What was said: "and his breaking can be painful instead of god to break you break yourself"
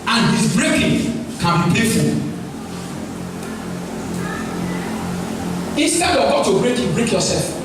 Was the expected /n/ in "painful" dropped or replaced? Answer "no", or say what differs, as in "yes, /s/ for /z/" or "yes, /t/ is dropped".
yes, /n/ is dropped